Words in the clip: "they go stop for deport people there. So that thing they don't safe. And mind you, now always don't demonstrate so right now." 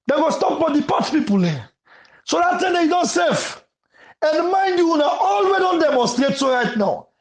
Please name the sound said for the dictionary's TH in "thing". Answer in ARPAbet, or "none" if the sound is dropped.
T